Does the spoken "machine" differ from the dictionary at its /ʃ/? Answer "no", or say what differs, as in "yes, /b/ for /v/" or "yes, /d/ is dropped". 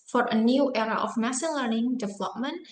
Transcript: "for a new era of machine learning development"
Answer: yes, /s/ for /ʃ/